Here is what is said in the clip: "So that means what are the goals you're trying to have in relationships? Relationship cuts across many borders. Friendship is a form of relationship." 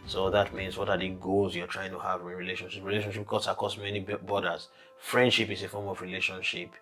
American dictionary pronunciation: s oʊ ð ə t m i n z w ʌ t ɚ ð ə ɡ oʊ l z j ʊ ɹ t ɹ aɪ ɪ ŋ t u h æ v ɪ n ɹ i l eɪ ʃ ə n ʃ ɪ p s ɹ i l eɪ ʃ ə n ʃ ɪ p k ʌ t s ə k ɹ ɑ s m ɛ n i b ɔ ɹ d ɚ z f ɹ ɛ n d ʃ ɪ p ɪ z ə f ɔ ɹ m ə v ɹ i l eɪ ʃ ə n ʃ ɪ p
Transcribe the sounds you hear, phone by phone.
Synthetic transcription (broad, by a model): s oʊ ð ə t m i n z w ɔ t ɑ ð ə ɡ oʊ l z j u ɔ t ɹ aɪ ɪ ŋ t u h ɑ v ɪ ɹ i l eɪ ʃ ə n ʃ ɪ p ɹ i l eɪ ʃ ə n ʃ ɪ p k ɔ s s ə k ɑ s m ɛ n i b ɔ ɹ d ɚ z f ɹ ɛ n d ʃ ɪ p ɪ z ə f ɔ ɹ m ə v ɹ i l eɪ ʃ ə n ʃ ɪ p